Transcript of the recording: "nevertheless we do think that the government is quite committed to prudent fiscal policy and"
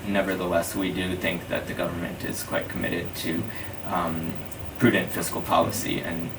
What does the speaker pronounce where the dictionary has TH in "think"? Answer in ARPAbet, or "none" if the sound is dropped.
TH